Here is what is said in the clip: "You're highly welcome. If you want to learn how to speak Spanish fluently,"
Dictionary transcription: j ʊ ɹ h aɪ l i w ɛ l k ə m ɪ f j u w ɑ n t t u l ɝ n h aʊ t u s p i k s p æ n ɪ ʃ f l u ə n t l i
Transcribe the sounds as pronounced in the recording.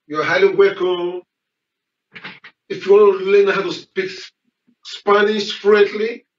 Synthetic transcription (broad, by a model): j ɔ h aɪ l i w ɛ k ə ɪ f j u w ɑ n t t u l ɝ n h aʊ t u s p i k s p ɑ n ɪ s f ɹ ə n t l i